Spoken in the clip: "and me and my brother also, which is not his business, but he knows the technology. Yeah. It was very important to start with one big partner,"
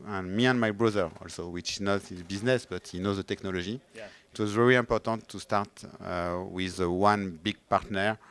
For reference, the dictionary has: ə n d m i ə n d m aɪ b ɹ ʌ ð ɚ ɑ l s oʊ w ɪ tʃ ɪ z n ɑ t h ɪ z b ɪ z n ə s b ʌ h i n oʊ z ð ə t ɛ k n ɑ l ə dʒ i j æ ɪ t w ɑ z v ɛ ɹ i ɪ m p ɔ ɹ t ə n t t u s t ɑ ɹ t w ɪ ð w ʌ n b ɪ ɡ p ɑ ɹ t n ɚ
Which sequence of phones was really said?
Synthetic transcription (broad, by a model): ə n m i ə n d m aɪ b ɹ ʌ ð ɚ ɑ l s oʊ w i tʃ ɪ z n ɑ t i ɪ b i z n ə s b ʌ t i n oʊ z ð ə t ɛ k n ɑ l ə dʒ i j ɪ t w ɑ z v ɛ ɹ i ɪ p ɔ ɹ t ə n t t u s t ɑ ɹ t w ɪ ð w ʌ n b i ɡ p ɑ ɹ t n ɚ